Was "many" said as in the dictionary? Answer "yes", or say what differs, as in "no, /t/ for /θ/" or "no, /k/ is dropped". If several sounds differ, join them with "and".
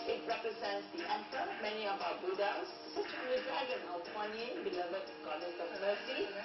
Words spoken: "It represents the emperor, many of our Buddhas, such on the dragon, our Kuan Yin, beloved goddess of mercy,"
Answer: yes